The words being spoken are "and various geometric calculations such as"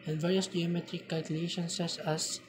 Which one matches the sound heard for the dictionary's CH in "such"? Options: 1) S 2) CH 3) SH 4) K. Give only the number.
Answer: 1